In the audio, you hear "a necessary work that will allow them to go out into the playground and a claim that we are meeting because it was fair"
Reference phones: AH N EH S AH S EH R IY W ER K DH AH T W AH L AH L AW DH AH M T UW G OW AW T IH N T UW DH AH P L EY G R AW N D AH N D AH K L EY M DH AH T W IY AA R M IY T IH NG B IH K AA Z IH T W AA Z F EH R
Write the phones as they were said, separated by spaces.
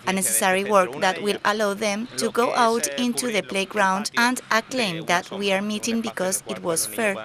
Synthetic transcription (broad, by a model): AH N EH S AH S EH R IY W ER K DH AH T W AH L AH L AW DH AH M T UW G OW AW T IH N T UW DH AH P L EY G R AW N D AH N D AH K L EY M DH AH T W IY AA R M IY T IH NG B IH K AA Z IH T W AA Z F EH R